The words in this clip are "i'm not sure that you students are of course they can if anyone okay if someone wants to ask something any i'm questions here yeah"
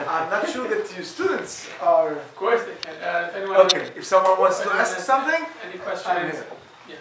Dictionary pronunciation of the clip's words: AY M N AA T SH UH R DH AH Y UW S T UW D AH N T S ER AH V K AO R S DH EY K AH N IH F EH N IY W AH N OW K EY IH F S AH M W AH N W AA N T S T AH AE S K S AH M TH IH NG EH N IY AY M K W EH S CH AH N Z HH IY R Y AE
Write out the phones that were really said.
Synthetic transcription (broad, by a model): AY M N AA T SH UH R DH AH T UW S T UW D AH N T S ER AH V K AO R S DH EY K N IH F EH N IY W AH OW K EY IH F S AH M W AH N W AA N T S T AH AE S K S AH M TH IH NG EH N IY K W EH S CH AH Z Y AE